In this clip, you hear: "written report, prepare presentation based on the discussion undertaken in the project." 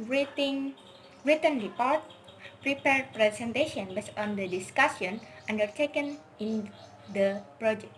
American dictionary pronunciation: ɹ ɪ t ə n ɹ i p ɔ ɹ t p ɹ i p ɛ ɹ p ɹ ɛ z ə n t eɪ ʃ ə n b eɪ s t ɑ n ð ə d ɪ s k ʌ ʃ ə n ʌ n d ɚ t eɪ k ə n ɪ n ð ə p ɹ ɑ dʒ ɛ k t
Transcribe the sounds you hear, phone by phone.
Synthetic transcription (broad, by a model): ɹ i t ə n ɹ i p ɔ ɹ t p ɹ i p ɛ ɹ p ɹ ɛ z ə n t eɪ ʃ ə n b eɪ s ɑ n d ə d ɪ s k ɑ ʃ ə n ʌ n d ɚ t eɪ k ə n ɪ n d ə p ɹ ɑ dʒ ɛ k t